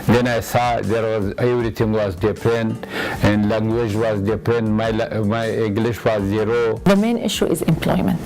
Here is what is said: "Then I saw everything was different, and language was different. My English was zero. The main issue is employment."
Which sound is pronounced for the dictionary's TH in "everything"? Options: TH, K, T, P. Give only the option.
T